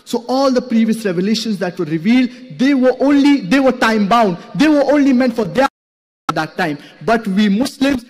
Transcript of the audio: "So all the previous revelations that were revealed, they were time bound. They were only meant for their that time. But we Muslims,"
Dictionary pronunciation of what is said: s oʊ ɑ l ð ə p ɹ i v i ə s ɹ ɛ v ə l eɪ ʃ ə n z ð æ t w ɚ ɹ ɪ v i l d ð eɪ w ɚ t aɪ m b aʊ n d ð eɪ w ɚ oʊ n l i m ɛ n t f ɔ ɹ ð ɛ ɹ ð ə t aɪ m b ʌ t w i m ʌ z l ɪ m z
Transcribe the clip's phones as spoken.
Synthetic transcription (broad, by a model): s oʊ ɑ l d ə p ɹ i v i ə s ɹ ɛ v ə l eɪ ʃ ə n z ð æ t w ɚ ɹ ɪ v i l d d eɪ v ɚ t aɪ m b aʊ n d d eɪ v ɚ oʊ n l i m ɛ n t f ɔ ɹ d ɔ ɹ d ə t aɪ m b ʌ t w i m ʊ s l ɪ m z